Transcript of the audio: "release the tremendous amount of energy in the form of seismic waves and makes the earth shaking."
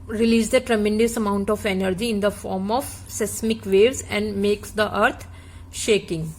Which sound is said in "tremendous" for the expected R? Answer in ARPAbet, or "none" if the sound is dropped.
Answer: R